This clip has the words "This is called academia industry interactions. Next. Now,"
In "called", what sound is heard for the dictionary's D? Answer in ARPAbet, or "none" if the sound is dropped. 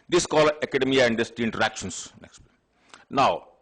none